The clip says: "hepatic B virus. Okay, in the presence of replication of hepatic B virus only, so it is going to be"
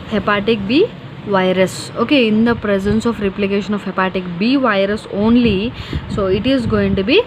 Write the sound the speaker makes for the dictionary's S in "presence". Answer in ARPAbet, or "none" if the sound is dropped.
S